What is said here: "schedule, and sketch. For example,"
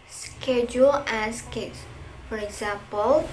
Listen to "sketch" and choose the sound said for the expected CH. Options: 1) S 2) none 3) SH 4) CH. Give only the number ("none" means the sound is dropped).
1